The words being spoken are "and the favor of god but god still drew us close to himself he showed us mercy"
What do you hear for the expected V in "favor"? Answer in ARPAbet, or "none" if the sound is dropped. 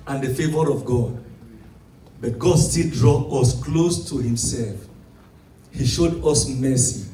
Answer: V